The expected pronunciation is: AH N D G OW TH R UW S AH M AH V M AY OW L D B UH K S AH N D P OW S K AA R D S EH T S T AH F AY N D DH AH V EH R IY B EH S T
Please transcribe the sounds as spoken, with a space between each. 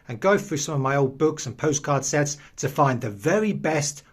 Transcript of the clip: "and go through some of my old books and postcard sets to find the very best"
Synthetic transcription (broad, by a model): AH N G OW TH R UW S AH M AH V M AY OW L D B UH K S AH N P OW S K AA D S EH T S T AH F AY N DH AH V EH R IY B EH S T